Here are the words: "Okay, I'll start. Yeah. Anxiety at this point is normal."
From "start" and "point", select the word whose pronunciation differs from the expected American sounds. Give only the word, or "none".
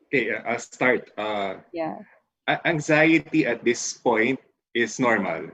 none